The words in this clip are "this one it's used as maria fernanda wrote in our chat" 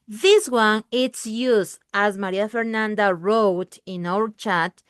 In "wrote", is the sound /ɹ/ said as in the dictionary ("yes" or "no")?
yes